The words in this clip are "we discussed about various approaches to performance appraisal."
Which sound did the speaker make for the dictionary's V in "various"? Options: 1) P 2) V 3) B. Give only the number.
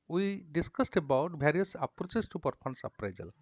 3